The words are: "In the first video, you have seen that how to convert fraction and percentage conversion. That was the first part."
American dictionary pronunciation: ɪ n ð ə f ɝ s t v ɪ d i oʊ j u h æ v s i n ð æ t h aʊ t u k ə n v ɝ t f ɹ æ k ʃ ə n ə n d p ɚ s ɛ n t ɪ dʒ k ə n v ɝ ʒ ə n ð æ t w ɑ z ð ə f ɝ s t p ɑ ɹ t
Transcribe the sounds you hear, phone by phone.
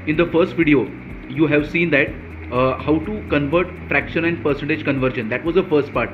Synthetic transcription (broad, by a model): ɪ n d ə f ɝ s t v ɪ d i oʊ j u h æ v s i n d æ t h aʊ t u k ə n v ɝ t f ɹ æ k ʃ ə n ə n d p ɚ s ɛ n t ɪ dʒ k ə n v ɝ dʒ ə n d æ t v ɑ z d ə f ɝ s t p ɑ ɹ t